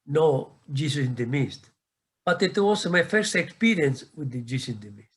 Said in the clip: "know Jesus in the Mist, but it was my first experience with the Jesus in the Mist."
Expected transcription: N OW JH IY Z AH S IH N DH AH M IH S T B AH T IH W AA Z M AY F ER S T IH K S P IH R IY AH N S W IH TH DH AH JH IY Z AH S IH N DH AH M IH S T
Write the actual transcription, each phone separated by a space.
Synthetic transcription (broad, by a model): N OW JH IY S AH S IH N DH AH M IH S T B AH T IH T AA S M AY F ER S T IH K S P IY R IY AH N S W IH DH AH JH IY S IH N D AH M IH S T